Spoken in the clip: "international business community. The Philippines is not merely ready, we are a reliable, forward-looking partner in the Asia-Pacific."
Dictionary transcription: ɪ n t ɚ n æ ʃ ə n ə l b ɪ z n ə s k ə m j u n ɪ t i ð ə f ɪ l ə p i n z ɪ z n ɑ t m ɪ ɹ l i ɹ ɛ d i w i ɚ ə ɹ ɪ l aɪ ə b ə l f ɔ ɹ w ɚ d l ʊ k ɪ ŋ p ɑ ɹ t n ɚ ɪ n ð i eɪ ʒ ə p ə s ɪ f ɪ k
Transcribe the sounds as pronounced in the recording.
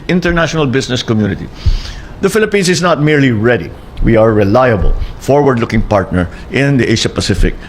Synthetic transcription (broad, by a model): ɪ n t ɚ n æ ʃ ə n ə l b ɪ s n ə s k ə m j u n ɪ t i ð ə f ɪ l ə p i n s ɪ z n ɑ t m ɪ ɹ l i ɹ ɛ d i w i ə ɹ ɪ l aɪ ə b ə l f ɔ ɹ w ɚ d l ʊ k ɪ ŋ p ɑ ɹ t n ɚ ɪ n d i eɪ ʃ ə p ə s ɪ f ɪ k